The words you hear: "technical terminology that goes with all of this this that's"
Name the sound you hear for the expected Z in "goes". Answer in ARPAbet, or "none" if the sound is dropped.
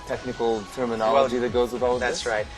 Z